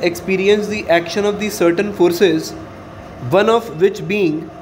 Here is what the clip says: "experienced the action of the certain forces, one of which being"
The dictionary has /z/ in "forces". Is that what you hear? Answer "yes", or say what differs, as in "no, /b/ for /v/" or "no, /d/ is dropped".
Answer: yes